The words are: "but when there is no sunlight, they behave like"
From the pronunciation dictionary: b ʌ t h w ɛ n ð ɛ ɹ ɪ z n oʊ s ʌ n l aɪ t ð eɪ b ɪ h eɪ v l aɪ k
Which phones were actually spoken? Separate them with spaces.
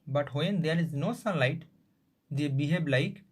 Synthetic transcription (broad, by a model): b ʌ t h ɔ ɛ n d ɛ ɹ ɪ z n oʊ s ʌ n l aɪ t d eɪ b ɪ h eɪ b l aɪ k